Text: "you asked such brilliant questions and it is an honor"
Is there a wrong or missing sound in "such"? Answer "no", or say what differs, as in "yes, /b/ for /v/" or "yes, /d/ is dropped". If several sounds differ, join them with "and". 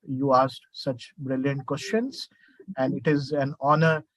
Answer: no